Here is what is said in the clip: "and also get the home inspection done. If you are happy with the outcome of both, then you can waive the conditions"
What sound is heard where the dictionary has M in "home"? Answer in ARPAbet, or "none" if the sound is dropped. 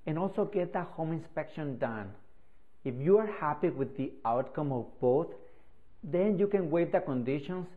M